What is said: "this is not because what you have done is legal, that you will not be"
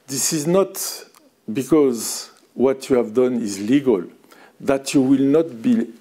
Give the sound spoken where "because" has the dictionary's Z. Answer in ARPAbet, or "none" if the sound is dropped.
Z